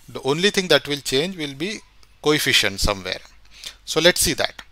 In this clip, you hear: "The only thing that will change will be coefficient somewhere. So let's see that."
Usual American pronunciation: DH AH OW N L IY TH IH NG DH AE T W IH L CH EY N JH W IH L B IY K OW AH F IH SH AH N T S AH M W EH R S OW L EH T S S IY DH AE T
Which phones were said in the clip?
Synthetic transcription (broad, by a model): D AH OW N L IY T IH NG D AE T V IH L CH EY N JH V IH L B IY K OW AH F IH SH AH N T S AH M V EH R S OW L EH T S S IY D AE T